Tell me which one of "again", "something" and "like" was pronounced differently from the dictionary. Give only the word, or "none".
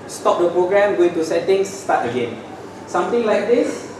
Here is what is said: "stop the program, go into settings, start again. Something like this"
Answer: something